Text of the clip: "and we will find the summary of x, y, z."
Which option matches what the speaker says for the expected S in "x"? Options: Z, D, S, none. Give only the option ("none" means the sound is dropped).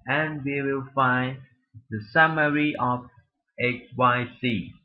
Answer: none